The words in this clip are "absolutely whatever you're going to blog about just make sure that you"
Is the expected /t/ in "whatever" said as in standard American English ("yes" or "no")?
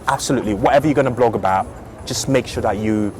yes